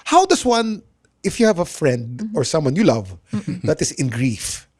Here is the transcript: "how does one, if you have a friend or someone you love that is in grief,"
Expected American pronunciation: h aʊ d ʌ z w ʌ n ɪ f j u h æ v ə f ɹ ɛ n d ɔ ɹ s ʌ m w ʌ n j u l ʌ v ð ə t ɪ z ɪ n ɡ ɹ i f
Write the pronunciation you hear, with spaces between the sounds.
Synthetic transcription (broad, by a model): h aʊ d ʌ s w ʌ n ɪ f j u h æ v ə f ɹ ɛ n d ɔ ɹ s ʌ m w ʌ n j u l ʌ v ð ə t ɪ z ɪ n ɡ ɹ i f